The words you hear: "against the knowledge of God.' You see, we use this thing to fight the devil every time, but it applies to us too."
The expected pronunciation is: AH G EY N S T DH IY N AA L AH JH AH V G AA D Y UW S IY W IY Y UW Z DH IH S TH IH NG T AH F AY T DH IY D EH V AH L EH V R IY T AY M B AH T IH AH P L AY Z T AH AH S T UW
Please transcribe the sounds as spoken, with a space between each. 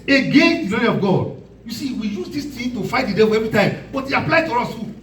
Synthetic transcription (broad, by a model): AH G EY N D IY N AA N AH AH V G AA D Y UW S IY W IY Y UW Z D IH S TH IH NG T AH F AY T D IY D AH W EH V R IY T AY M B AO T IH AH P L AY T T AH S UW